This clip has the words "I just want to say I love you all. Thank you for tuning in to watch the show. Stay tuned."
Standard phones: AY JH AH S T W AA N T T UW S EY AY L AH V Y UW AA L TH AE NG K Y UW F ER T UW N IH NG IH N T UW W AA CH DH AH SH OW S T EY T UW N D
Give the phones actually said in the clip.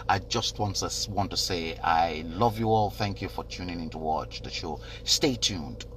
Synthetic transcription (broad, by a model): AY JH AH S T W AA N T T UW S EY AY L AH V Y UW AA L TH AE NG K Y UW F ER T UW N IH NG IH N T UW W AA CH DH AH SH OW S T EY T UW N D